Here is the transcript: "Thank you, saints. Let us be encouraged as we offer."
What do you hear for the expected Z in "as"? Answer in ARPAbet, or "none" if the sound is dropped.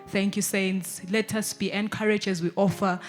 Z